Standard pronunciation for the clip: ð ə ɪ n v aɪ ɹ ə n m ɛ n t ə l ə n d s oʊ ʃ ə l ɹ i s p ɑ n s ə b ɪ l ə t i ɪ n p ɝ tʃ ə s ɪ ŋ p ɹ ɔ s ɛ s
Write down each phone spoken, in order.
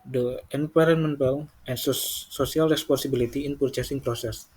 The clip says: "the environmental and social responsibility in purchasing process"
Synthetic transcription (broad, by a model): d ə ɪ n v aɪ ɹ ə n m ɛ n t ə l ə n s s oʊ s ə l ɹ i s p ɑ n s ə b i l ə t i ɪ n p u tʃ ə s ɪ ŋ p ɹ ɔ s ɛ s